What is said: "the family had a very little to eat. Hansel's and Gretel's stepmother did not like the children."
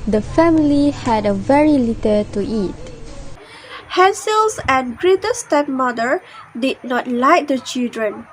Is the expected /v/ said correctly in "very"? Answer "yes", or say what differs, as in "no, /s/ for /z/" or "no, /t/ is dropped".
yes